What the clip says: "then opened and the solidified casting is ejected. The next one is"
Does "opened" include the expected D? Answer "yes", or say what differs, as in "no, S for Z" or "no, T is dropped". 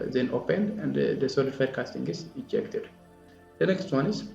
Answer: yes